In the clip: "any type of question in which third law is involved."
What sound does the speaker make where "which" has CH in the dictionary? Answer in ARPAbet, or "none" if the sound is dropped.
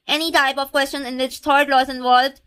CH